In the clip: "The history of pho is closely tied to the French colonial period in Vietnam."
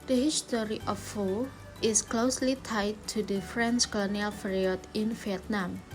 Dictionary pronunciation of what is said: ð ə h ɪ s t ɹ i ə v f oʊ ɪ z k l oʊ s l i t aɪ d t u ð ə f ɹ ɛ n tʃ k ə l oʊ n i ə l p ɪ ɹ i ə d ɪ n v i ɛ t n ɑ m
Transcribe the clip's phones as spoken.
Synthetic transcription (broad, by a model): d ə h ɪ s t ɹ i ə f oʊ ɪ s k l oʊ s l i t aɪ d t u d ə f ɹ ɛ n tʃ k ə l oʊ n i ə l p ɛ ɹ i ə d ɪ n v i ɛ t n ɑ m